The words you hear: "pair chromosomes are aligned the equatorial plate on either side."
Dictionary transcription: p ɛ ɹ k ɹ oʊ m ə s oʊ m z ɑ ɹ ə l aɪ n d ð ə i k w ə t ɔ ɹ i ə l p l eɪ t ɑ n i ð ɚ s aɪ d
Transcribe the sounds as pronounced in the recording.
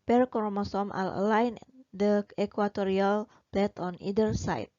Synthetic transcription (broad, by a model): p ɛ ɹ k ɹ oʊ m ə s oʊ m ɑ l ə l aɪ n d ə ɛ k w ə t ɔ ɹ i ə l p l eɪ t ɑ n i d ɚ s aɪ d